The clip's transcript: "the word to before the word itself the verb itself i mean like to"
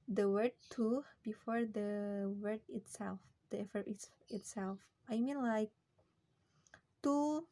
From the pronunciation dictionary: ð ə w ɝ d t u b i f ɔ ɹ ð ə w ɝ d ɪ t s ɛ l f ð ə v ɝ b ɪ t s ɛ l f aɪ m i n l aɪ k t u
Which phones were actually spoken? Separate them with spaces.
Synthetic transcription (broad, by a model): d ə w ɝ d t u b i f ɔ ɹ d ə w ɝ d ɪ t s ɛ l f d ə f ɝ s ɪ t s ɛ l f aɪ m i n l aɪ k t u